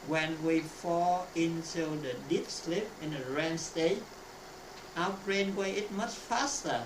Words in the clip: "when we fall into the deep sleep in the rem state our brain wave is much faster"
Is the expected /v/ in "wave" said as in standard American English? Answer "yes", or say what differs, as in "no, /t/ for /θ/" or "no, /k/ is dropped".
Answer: no, /v/ is dropped